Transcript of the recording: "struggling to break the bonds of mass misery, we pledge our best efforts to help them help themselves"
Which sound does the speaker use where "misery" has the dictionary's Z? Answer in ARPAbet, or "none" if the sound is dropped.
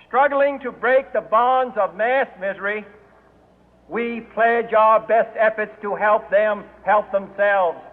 Z